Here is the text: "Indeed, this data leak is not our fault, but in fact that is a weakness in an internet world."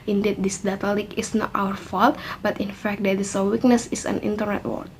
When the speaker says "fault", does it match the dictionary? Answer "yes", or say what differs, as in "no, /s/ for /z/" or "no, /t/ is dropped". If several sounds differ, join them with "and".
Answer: yes